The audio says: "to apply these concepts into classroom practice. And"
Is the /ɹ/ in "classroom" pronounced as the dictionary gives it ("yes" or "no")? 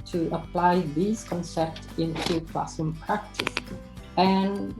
no